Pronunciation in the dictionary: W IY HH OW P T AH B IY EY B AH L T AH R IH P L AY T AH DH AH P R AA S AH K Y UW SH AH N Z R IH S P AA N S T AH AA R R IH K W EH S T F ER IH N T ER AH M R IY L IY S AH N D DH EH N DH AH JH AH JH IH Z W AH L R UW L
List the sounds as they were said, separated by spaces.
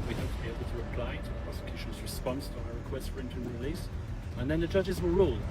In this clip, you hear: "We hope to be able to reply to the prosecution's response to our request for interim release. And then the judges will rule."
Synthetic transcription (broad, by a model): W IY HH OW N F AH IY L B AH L T AH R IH P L AY T AH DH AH P R AA S AH K Y UW SH AH N Z R IH S P AA N S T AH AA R R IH K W EH S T F ER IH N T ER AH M R IY L IY S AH N DH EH N DH AH JH AH JH IH Z W AH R R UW L